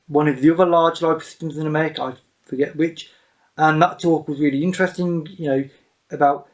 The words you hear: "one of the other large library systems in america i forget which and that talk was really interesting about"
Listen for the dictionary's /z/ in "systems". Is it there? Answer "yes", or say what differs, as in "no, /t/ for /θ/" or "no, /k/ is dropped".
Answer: yes